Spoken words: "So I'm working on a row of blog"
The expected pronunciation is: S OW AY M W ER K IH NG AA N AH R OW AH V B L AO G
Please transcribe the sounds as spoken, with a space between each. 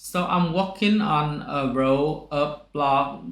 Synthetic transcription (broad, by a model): S OW AY M W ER K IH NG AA N AH R OW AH P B L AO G